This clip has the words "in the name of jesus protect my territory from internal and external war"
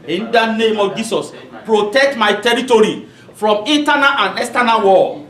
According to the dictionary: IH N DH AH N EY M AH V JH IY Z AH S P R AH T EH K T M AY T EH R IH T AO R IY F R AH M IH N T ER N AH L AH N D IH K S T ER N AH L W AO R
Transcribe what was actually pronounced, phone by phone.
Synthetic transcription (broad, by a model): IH N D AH N EY M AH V JH IY S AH S P R AH T EH K T M AY T EH R IH T AO R IY F R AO M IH N T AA N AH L AH N D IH S T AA N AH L W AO